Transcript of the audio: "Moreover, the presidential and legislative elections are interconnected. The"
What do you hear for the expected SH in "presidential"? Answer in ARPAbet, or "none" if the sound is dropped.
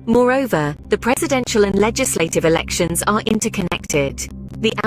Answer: SH